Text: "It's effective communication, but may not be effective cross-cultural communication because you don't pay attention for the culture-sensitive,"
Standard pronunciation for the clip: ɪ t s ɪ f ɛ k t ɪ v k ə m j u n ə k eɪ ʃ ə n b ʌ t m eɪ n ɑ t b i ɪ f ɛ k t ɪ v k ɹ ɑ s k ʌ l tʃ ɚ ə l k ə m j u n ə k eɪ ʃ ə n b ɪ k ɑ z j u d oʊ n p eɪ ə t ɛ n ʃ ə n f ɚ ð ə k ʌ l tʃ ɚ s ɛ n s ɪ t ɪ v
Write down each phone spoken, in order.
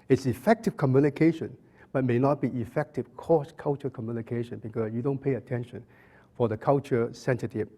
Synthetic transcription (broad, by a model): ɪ t s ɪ f ɛ k t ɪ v k ə m j u n ə k eɪ ʃ ə n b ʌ t m eɪ n ɑ t b i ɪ f ɛ k t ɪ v k ɑ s k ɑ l tʃ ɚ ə k ə m j u n ə k eɪ ʃ ə n b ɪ k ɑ s j u d oʊ n p eɪ ə t ɛ n ʃ ə n f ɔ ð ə k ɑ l tʃ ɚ s ɛ n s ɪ t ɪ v